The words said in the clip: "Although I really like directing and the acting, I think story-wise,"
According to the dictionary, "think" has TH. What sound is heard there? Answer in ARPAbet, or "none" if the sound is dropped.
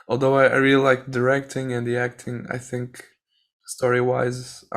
TH